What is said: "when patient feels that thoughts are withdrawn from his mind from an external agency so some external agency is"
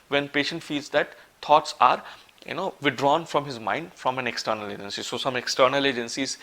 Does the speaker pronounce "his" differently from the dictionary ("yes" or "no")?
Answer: no